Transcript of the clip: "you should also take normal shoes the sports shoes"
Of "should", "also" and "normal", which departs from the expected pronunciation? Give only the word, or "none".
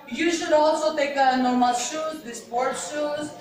none